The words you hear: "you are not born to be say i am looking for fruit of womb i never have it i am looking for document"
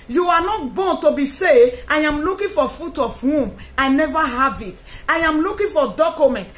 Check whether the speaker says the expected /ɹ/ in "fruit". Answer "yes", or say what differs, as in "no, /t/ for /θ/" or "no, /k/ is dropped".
no, /ɹ/ is dropped